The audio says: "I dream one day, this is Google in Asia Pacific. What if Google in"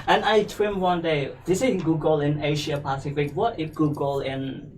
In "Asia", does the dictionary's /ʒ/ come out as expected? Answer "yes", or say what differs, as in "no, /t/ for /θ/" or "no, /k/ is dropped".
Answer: no, /ʃ/ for /ʒ/